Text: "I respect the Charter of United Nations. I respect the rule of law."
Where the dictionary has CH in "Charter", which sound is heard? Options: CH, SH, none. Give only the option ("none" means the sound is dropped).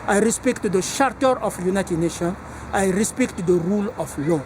SH